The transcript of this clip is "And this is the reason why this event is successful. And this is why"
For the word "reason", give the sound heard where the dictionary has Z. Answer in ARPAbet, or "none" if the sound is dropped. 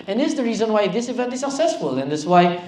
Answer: Z